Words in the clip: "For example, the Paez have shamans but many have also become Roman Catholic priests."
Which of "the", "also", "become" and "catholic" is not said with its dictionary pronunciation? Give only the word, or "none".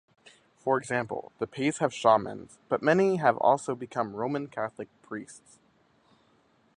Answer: none